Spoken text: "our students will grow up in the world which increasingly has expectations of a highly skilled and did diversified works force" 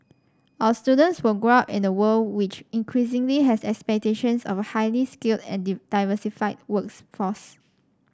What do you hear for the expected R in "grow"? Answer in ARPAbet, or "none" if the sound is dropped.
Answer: R